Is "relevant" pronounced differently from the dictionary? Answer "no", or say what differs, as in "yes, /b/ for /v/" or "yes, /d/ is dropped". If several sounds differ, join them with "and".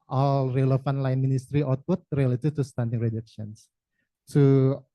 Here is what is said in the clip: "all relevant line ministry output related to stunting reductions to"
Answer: yes, /f/ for /v/